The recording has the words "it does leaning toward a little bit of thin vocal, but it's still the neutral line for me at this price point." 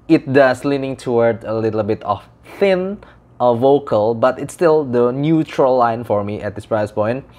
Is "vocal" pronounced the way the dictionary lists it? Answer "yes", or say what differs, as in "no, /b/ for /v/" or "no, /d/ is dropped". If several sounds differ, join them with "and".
yes